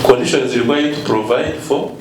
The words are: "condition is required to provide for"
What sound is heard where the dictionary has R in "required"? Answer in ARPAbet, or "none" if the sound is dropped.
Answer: L